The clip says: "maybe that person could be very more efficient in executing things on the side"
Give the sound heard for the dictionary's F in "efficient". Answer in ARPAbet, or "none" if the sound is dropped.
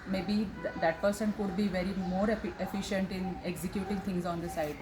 F